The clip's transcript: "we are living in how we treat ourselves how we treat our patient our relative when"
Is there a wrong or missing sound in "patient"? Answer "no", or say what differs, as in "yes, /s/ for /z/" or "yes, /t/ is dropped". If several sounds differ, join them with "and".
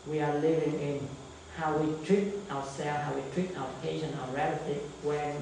yes, /t/ is dropped